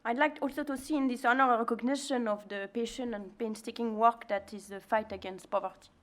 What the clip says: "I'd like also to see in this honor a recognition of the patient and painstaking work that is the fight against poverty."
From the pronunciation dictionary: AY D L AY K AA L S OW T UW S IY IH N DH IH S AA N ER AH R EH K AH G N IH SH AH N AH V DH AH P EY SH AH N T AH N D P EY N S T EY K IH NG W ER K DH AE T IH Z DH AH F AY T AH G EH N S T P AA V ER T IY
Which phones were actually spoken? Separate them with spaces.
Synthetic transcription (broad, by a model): AY D L AY K AA L S OW T UW S IY IH N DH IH S AA N ER AH R EH K AH G N IH SH AH N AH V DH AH P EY SH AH N AH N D P EY N S T EY K IH NG W ER K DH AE T IH Z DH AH F AY T AH G EH N S T P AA V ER T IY